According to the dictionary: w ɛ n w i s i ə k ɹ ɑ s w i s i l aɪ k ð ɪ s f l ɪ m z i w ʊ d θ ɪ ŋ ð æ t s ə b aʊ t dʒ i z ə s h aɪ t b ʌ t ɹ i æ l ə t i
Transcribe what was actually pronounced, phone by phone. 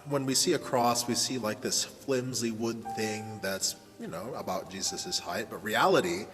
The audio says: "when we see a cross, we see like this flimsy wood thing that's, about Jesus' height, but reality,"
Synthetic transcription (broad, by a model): w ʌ n w i s i ə k ɹ ɑ s w i s i l aɪ k ð ɪ s f l ɪ m z i w ʊ d θ ɪ ŋ ð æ t s ə b aʊ t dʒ i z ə s h aɪ t b ʌ t ɹ i æ l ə t i